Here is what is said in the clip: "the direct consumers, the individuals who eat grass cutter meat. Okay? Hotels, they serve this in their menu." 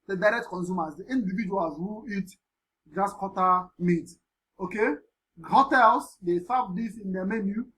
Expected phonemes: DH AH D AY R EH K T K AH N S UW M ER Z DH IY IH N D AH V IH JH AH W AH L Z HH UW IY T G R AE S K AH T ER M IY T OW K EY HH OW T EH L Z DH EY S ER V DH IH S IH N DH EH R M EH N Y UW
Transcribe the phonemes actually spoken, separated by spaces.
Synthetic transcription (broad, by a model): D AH D AY R EH K T K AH N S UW M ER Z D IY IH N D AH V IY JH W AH Z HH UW IY T G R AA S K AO T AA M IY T OW K EY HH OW T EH L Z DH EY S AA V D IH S IH N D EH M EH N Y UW